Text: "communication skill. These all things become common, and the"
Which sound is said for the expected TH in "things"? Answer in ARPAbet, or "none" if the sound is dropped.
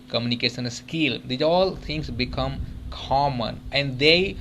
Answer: T